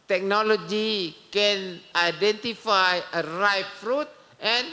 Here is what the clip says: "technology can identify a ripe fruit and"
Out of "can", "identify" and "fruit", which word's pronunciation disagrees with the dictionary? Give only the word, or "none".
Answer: none